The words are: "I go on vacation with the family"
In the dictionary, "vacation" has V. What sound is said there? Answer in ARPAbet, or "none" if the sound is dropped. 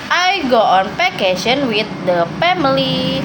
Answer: P